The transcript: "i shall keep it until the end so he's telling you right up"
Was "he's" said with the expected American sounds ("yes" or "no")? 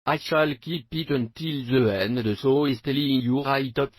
no